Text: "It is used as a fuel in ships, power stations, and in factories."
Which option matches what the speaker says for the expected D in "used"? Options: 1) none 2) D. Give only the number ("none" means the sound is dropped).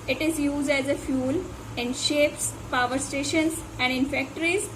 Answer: 2